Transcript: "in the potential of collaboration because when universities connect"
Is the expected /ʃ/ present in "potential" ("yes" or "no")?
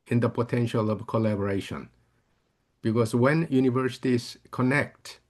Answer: yes